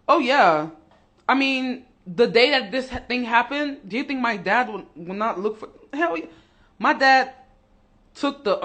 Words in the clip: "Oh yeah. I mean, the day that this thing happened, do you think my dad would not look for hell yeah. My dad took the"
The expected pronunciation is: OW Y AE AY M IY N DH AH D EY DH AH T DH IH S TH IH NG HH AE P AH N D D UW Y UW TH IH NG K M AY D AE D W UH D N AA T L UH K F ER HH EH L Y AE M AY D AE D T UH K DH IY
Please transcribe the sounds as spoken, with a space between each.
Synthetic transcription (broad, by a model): OW Y AE AY M IY N DH AH D EY DH AH T DH IH S TH IH NG HH AE P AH N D D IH Y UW TH IH NG K M AY D AE D W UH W N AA T L UH K F ER HH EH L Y M AY D AE D T UH K DH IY